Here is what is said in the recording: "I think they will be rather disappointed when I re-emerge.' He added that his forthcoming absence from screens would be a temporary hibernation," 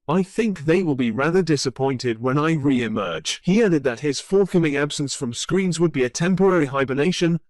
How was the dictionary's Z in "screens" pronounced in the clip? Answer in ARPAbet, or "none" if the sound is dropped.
Z